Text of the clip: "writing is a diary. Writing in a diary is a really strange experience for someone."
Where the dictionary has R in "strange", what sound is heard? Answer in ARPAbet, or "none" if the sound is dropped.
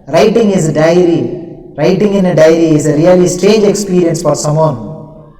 none